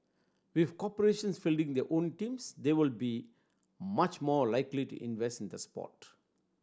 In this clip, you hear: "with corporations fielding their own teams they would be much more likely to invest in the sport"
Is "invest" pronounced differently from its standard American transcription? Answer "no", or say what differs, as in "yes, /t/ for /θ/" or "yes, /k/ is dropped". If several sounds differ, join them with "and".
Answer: no